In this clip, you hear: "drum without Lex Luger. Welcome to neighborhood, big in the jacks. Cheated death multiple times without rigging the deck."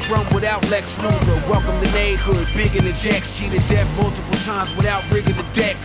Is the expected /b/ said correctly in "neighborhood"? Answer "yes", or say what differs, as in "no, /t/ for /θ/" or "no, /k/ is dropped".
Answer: no, /b/ is dropped